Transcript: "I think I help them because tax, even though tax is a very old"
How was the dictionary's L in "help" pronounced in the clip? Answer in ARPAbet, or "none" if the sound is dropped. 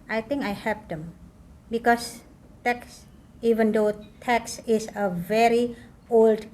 none